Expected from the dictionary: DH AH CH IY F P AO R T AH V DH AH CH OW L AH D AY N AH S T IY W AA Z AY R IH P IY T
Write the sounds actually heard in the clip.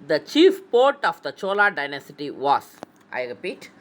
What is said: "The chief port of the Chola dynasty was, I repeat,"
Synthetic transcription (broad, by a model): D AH CH IY F P AO R T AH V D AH CH OW L AH D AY N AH S T IY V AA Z AY R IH P IY T